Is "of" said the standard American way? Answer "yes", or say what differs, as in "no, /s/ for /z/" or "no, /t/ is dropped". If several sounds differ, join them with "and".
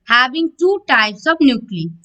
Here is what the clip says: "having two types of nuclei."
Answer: no, /b/ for /v/